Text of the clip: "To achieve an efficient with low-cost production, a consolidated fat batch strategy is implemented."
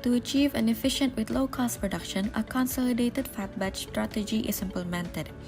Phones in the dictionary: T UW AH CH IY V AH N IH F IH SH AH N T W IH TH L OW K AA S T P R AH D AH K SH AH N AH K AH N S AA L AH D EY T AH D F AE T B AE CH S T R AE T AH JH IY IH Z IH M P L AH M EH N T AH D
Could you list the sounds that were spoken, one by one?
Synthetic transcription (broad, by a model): T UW AH CH IY V AH N IH F IH SH AH N T W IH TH L OW K AA S T P R AH D AH K SH AH N AH K AH N S AA L AH D EY T AH D F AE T B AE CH S T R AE T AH JH IY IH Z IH M P L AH M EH N T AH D